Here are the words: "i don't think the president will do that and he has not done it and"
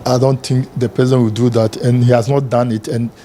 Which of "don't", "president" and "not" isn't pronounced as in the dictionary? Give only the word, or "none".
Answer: president